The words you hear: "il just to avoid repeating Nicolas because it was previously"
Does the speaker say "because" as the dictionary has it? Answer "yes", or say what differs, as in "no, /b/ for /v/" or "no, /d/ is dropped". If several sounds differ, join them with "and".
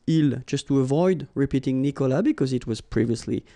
yes